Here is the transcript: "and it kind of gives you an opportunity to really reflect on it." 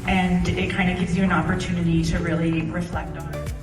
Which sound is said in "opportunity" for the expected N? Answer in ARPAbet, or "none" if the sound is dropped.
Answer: N